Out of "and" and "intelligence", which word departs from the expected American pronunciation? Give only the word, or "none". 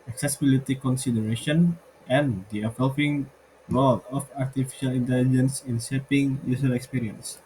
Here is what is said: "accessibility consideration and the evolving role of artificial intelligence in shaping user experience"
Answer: none